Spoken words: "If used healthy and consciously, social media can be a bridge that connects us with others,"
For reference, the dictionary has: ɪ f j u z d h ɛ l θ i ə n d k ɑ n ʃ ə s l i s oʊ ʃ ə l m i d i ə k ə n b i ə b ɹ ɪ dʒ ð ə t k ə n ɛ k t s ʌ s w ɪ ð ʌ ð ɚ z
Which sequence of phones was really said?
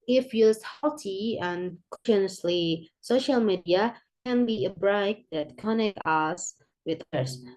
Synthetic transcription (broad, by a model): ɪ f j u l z h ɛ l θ i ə n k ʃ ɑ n ə s l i s oʊ ʃ ə l m i d i ə k ə n b i ə b ɹ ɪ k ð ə t k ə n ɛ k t ʌ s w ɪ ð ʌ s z